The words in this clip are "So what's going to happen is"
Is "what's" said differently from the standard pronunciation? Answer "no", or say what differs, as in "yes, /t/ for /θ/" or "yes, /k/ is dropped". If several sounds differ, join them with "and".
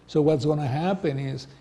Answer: no